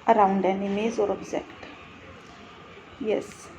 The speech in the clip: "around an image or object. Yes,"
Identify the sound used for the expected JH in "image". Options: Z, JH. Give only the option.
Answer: Z